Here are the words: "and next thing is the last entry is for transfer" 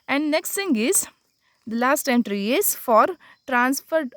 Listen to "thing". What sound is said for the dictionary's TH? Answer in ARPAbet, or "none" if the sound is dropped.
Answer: S